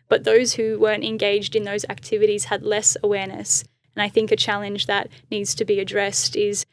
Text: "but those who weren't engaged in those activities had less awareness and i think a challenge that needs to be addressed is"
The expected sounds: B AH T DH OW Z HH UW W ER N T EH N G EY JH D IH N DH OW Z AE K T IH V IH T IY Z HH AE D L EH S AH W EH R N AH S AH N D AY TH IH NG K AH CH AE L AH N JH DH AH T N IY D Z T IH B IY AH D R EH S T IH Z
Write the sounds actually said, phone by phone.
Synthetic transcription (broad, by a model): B AH T DH OW Z HH UW W ER N T EH N G EY JH D IH N DH OW Z AE K T IH V IH T IY Z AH D L EH S AH W EH R N AH S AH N AY TH IH NG K AH CH AE L AH N JH DH AH T N IY D Z T IH B IY AH D R EH S T IH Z